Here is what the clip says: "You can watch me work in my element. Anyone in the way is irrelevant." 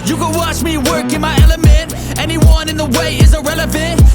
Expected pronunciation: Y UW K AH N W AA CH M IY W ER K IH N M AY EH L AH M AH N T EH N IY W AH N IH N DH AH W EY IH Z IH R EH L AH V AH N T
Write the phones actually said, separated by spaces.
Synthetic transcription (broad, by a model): Y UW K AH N W AA CH M IY W ER K IH N M AY EH L AH M AH N T EH N IY W AH N IH N DH AH W EY IH Z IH R EH L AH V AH N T